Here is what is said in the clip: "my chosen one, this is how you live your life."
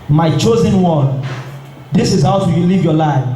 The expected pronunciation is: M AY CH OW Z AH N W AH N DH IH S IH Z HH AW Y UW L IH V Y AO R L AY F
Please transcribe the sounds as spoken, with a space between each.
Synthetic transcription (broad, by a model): M AY CH OW Z AH N W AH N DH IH S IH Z HH AW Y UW L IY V Y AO L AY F